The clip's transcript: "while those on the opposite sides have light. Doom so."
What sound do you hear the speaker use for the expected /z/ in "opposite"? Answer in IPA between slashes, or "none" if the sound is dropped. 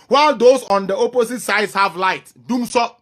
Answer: /s/